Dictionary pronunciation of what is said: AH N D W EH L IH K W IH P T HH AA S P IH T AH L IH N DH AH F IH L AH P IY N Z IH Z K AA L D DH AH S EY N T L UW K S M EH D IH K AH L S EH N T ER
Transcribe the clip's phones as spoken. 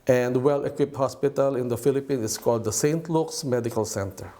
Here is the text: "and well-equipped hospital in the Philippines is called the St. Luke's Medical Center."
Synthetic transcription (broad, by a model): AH N D W EH L IH K W IH P T HH AA S P IH T AH L IH N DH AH F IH L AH P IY N IH S K AA L D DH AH S EY N T L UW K S M EH D IH K AH L S EH N T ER